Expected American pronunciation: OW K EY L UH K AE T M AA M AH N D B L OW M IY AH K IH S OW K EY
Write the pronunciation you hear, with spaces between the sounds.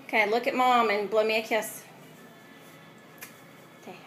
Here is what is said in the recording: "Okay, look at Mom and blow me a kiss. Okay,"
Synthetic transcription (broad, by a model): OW K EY L UH K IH T M AA M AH N B L OW M IY AH K IH S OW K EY